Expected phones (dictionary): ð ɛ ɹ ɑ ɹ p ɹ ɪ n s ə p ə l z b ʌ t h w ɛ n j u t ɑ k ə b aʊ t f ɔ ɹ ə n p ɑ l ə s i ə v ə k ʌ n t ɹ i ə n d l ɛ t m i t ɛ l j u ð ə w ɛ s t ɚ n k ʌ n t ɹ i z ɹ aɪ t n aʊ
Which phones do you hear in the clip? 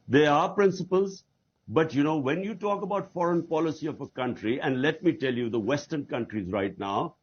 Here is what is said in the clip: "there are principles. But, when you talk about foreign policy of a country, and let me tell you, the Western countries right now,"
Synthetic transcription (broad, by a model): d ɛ ɹ ɑ ɹ p ɹ ɪ n s ə p ə l z b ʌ t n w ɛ n j u t ɑ k ə b aʊ t f ɔ ɹ ə n p ɑ l ə s i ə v ə k ʌ n t ɹ i ə n d l ɛ t m i t ɛ l j u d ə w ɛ s t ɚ n k ʌ n t ɹ i z ɹ aɪ t n aʊ